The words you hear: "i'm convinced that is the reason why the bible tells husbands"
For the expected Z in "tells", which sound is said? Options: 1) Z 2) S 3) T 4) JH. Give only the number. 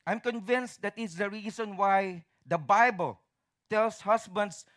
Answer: 2